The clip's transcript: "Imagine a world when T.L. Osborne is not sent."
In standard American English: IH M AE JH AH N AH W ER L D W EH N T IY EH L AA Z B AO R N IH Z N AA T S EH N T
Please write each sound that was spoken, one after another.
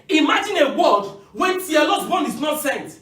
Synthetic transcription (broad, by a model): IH M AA JH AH N AH W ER D W EH N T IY EH L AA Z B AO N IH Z N AA T S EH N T